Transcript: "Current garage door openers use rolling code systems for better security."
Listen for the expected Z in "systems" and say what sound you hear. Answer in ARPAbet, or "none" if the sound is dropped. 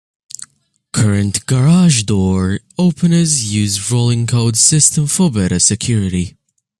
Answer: none